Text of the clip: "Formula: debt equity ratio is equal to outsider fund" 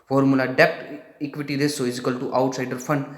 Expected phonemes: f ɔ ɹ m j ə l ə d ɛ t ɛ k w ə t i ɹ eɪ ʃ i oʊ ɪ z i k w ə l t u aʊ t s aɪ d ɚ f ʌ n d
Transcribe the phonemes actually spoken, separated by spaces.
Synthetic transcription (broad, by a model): f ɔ ɹ m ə l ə d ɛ t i k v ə t i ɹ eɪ s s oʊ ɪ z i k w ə l t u aʊ t s aɪ d ɚ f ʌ n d